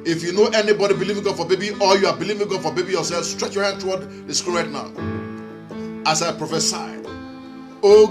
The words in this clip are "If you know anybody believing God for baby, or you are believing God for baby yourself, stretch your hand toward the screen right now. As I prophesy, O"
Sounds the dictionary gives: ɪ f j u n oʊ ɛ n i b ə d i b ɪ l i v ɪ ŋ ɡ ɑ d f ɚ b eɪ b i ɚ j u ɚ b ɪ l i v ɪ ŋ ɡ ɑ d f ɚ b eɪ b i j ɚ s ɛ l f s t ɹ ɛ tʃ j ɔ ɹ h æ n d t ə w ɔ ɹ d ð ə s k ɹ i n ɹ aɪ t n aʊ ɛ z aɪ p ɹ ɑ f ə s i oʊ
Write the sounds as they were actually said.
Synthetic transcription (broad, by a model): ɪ f j u n oʊ ɛ n i b ə d i b ɪ l i v ɪ ŋ ɡ ɑ d f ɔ b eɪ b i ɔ j u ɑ b ɪ l i v ɪ ŋ ɡ ɑ d f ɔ b eɪ b i j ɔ s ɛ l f s t ɹ ɛ tʃ j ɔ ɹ h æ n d t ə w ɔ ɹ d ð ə s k u l ɹ aɪ t n aʊ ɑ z aɪ p ɹ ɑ f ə s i oʊ